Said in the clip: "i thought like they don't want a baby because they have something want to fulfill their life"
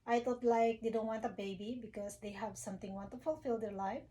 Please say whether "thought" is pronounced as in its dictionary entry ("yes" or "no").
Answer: no